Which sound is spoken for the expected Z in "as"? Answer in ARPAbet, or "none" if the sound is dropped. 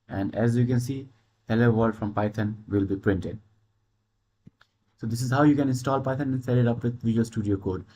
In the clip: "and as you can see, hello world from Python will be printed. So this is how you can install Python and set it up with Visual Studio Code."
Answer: Z